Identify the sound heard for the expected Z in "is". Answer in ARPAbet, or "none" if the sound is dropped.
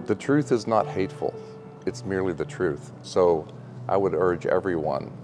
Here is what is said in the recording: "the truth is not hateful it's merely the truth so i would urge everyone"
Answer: Z